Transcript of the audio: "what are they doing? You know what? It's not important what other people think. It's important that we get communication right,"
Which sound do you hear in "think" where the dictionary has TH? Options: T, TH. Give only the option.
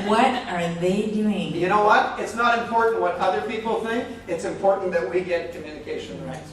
TH